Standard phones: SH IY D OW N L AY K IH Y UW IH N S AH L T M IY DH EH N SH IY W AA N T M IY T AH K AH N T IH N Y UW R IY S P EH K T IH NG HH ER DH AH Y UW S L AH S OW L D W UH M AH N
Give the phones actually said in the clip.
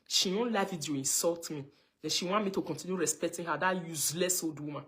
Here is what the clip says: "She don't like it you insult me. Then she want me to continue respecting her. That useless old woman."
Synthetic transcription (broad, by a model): SH IY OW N L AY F IH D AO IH N S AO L T M IY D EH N SH IY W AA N M IY T AH K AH N T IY N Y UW R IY S P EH K T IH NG HH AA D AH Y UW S L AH S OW D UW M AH